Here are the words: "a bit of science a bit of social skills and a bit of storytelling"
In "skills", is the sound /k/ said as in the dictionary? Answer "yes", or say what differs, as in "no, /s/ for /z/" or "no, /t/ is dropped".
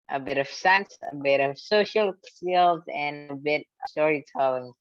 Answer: no, /k/ is dropped